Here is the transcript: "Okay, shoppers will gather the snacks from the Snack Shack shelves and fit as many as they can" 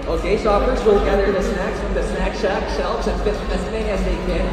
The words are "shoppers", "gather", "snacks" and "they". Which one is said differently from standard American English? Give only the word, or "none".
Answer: shoppers